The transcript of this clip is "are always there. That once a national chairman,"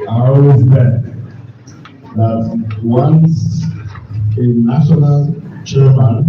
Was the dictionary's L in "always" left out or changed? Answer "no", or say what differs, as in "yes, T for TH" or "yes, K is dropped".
yes, L is dropped